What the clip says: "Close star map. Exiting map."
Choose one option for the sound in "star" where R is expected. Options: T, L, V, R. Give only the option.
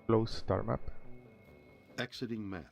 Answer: R